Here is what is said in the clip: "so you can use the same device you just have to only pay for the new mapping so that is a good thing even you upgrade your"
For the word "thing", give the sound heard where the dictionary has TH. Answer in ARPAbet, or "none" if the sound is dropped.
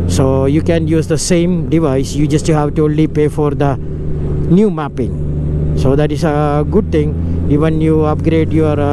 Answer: T